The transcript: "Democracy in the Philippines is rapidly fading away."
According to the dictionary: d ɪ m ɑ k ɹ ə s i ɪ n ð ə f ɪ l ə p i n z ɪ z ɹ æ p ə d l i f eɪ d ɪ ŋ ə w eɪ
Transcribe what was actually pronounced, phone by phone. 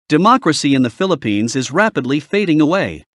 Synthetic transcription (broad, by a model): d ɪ m ɑ k ɹ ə s i ɪ n ð ə f ɪ l ə p i n z ɪ z ɹ æ p ə d l i f eɪ d ɪ ŋ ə w eɪ